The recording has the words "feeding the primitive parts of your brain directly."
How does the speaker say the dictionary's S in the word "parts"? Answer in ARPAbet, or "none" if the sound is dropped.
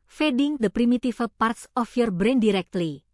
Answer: S